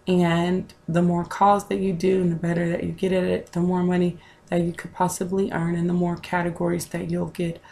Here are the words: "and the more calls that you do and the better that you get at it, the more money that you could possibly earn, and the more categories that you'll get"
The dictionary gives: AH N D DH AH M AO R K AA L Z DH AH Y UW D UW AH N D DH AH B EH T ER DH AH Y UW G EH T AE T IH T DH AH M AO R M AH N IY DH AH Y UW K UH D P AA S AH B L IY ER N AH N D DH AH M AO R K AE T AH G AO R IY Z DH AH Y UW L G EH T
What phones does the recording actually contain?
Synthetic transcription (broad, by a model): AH N DH AH M AO R K AA Z DH AH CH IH D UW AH N DH AH B EH T ER DH AH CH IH G EH T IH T IH T DH AH M AO R M AH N IY DH AH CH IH K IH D P AA S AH B L IY ER N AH N DH AH M AO R K AE T AH G AO R IY Z DH AH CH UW L G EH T